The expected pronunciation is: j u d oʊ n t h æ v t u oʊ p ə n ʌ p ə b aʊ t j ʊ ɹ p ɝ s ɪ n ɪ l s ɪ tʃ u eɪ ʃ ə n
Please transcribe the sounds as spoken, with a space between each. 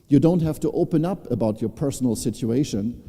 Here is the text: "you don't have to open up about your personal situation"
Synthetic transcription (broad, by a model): j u d oʊ n t h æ f t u oʊ p ə n ʌ p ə b aʊ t j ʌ ɹ p ɝ s n l s ɪ tʃ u eɪ ʃ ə n